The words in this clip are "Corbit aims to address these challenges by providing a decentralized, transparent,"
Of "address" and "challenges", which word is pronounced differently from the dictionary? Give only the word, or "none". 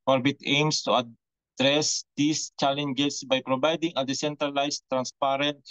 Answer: challenges